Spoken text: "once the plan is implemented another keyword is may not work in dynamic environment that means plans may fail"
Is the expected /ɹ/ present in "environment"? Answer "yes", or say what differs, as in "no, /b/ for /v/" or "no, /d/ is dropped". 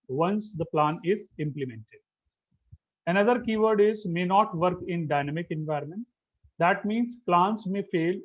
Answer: yes